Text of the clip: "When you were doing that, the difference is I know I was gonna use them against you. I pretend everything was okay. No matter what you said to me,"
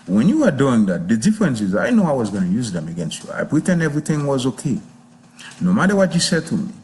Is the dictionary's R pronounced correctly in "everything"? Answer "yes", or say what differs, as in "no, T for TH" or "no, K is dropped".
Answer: yes